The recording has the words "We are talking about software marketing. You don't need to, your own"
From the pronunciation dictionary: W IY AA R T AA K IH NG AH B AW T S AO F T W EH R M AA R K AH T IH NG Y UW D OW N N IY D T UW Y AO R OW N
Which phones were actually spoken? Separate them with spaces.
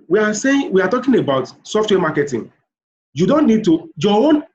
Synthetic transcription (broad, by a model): W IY AA W T AA K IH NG AH B AW T S AO F T W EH M AA K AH T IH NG Y UW D OW N N IY D T UW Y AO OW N